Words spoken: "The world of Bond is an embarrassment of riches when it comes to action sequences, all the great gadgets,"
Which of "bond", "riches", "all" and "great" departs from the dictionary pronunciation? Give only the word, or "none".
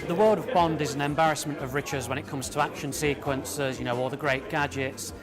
all